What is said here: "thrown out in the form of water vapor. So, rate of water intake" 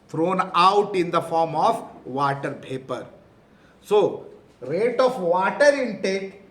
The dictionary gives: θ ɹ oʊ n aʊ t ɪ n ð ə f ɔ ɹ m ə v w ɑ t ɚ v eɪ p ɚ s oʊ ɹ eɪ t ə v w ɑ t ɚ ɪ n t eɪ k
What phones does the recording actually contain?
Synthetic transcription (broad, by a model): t ɹ oʊ n aʊ t ɪ n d ə f ɔ ɹ m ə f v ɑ t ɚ b eɪ p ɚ s oʊ ɹ eɪ t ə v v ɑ t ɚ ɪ n t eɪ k